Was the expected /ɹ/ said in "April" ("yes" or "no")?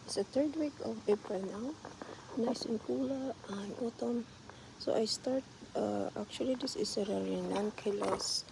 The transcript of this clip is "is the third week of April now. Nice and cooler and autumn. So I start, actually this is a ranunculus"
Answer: no